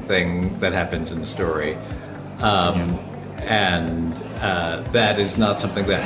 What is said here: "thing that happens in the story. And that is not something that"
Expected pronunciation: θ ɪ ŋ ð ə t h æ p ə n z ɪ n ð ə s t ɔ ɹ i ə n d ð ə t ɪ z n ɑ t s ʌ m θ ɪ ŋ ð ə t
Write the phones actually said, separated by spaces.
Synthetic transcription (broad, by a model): θ ɪ ŋ ð ə t h æ p ə n z ɪ n ð ə s t ɔ ɹ i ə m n ð ə t ɪ z n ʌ t s ʌ m θ ɪ ŋ ð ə t